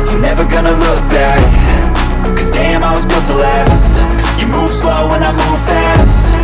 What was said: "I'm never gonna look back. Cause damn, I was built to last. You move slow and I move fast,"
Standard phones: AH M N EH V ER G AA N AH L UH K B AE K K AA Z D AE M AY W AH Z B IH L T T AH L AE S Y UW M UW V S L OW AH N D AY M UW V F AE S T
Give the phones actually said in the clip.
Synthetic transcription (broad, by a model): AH N EH V ER G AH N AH L UH K B AE K K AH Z D AE M AY W AH Z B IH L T T AH L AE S Y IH M UW V S L OW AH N AY M UW V F AE S T